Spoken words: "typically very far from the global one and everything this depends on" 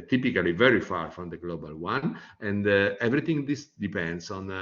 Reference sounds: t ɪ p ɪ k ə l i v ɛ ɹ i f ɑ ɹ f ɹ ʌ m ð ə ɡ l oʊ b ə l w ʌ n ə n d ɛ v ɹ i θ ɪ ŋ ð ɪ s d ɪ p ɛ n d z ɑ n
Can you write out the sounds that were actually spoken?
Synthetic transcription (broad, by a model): t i p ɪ k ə l i v ɛ ɹ i f ɑ ɹ f ɹ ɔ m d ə ɡ l oʊ b ə l w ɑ n ə n d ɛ v ɹ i t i ŋ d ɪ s d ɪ p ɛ n d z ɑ n